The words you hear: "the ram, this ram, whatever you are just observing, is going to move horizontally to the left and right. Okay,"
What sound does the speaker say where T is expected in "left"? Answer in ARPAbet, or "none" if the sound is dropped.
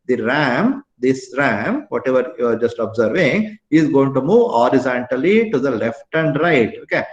T